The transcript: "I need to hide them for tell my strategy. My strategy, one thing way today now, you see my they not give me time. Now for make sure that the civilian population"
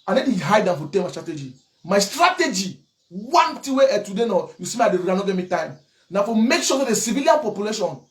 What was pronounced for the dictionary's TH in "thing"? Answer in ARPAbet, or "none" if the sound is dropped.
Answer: T